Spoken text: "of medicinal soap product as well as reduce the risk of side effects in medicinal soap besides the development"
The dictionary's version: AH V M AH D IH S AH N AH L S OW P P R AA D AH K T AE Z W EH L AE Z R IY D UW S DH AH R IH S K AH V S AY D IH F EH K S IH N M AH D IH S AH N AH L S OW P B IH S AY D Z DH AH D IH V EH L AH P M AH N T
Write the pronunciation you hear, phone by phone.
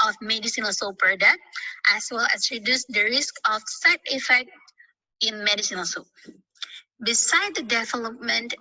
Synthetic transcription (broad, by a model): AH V M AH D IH S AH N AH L S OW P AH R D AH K T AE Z W EH L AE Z R IY D UW S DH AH R IH S K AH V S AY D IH F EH K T IH N M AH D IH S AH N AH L S OW P B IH S AY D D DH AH D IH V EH L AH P M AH N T